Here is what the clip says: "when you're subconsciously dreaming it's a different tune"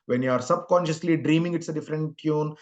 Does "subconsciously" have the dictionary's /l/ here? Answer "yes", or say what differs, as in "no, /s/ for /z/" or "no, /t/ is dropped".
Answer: yes